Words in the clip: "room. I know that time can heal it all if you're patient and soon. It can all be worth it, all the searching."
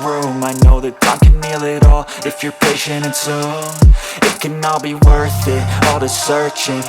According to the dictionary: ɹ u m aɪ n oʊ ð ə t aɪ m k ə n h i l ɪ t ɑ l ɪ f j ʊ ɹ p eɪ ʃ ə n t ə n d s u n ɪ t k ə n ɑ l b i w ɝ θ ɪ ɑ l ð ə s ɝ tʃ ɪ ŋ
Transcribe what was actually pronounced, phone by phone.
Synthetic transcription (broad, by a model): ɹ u m aɪ n oʊ ð ə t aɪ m k ə n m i l ɪ t ɑ l ɪ f j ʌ ɹ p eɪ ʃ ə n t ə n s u ɪ t k ə n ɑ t b i w ɝ θ ɪ ɑ l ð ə s ɝ tʃ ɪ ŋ